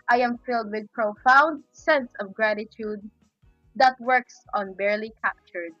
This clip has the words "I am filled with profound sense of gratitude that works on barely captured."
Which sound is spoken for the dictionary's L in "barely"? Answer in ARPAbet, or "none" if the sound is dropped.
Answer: L